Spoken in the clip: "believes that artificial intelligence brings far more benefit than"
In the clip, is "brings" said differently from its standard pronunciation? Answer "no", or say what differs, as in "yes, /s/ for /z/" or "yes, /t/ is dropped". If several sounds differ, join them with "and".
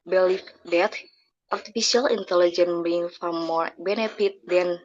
yes, /z/ is dropped